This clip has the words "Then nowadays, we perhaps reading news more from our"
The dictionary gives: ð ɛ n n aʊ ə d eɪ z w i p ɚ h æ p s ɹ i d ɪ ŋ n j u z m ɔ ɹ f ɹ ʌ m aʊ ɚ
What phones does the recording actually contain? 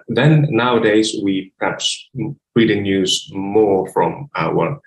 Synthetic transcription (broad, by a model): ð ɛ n n aʊ ə d eɪ z w i p ɚ h æ p s ɹ i d ɪ ŋ n j u z m ɔ ɹ f ɹ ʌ m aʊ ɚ